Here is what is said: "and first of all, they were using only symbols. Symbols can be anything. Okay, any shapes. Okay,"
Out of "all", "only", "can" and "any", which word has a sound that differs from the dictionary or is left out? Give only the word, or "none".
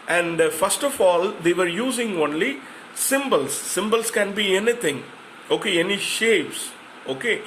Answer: none